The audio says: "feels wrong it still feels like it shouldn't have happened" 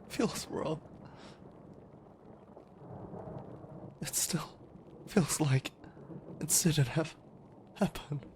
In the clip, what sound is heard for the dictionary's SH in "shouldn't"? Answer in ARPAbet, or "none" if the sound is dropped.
S